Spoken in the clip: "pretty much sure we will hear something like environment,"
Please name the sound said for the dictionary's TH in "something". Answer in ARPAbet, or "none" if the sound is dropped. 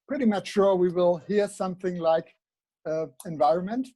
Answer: TH